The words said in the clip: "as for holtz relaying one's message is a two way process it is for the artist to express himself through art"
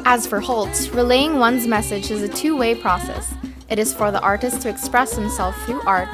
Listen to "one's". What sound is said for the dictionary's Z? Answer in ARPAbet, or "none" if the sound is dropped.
Z